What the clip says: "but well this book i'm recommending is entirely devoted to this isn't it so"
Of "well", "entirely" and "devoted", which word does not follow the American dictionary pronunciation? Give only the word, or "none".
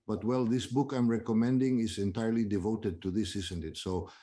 none